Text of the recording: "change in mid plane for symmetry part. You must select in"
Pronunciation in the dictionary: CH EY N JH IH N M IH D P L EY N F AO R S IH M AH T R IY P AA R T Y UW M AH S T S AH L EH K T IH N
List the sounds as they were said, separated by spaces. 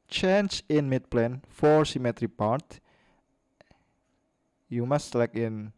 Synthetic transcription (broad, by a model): CH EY N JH IH N M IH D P L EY N F AO R S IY M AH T R IY P AA R T Y UW M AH S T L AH IH K IH N